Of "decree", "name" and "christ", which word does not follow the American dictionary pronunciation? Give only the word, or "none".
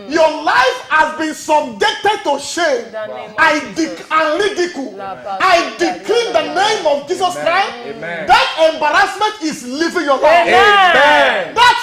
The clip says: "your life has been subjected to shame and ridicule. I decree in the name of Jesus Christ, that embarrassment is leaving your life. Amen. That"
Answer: decree